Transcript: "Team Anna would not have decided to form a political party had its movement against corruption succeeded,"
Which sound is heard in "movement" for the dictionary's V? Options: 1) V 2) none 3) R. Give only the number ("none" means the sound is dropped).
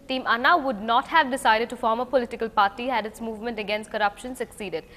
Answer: 1